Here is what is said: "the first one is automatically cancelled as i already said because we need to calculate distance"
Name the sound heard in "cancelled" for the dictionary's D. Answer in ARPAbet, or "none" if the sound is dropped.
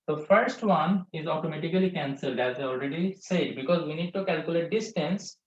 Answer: D